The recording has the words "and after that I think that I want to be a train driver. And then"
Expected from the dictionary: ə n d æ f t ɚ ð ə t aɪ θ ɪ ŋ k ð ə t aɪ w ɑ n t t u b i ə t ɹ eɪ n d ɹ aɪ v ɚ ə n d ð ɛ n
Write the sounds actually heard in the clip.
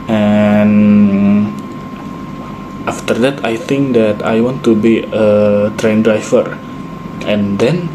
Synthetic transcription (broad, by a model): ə n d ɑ f t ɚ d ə t aɪ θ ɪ ŋ k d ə t aɪ w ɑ n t t u b i ə t ɹ eɪ n d ɹ aɪ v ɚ ə n d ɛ n